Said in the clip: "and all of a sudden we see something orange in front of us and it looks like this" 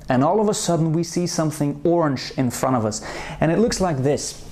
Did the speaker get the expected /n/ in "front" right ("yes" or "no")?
no